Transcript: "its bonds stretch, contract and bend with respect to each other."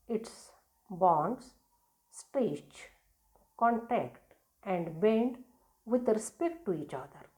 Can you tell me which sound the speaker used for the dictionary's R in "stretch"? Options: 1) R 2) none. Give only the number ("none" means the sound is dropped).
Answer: 2